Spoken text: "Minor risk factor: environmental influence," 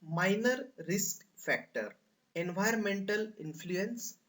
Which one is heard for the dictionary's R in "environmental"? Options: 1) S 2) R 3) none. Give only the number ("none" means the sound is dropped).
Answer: 3